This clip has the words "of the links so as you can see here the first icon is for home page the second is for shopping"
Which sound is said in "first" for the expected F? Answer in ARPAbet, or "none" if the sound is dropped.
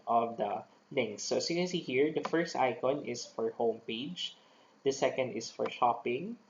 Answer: F